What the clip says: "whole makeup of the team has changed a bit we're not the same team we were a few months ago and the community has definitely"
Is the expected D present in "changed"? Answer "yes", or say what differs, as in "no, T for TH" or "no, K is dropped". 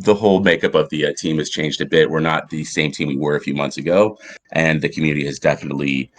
yes